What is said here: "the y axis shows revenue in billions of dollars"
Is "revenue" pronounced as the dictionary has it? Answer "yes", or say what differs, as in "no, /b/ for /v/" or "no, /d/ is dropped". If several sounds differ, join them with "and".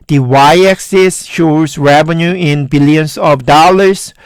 yes